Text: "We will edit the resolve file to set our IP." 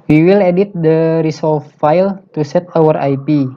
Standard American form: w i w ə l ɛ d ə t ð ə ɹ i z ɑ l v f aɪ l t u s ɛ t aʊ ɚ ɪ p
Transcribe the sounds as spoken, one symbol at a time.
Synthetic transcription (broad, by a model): w i w ə l ɛ d ə t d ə ɹ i s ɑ l f f aɪ l t u s ɛ t aʊ ɚ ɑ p